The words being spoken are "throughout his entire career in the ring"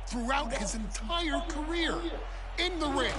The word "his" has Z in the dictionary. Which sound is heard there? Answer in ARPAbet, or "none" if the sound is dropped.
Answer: Z